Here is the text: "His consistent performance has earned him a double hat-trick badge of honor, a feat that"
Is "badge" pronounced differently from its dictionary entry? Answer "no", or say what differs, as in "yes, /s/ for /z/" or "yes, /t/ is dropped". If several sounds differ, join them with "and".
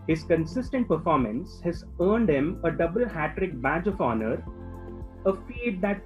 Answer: no